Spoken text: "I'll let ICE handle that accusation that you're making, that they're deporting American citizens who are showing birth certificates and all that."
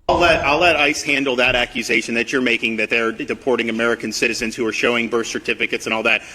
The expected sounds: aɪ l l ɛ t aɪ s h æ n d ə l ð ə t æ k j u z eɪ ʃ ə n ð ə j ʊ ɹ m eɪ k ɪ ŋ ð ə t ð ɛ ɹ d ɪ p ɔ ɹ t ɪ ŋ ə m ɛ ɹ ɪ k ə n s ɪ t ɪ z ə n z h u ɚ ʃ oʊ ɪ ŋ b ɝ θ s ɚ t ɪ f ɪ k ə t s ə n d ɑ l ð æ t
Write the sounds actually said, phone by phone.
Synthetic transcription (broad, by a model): aɪ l l ɛ t aɪ s h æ n d l ð ə t æ k j u z eɪ ʃ ə n ð ə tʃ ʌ ɹ m eɪ k ɪ ŋ ð ə t ð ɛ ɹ d ɪ p ɔ ɹ t ɪ ŋ ə m ɛ ɹ ɪ k ə n s ɪ t ɪ z ə n z h u ɚ ʃ oʊ ɪ ŋ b ɝ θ s ɚ t ɪ f ɪ k ə t s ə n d ɑ l ð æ t